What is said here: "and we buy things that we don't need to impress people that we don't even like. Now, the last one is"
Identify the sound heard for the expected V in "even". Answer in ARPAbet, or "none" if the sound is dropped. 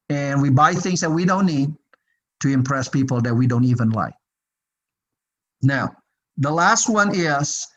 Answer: V